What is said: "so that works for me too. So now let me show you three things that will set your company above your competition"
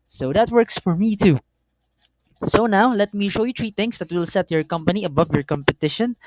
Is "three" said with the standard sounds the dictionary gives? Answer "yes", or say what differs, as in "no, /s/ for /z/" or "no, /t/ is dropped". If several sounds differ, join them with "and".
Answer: no, /t/ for /θ/